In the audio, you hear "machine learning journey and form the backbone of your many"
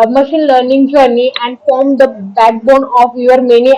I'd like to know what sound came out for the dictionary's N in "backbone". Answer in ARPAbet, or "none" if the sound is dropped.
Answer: N